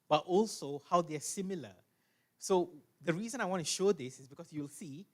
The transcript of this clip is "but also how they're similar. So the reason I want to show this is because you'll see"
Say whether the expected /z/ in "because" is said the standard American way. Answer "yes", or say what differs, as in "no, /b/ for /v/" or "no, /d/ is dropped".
no, /s/ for /z/